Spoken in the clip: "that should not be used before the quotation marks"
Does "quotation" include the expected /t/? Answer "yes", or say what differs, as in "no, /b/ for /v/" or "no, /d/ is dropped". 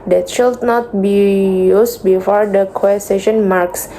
no, /s/ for /t/